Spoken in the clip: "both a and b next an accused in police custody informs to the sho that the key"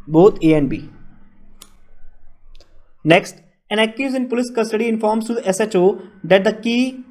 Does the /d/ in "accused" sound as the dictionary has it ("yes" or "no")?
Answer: no